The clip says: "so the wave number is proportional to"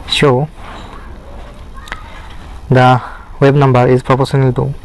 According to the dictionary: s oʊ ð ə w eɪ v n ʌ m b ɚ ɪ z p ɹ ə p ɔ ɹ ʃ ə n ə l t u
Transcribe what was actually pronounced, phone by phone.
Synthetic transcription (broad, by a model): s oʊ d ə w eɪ b n ʌ m b ɚ ɪ z p ɹ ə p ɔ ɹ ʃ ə n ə l t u